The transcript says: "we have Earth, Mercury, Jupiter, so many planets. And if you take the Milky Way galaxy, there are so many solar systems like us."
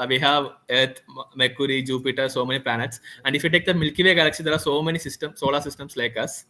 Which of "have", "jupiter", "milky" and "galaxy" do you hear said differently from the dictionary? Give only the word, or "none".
none